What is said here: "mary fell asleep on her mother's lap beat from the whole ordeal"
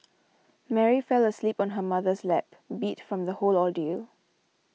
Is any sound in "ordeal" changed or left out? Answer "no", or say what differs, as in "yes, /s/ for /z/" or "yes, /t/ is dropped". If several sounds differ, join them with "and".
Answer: yes, /l/ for /ɹ/